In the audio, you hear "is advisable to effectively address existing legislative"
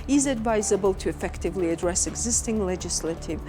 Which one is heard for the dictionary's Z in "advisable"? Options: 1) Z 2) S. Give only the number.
1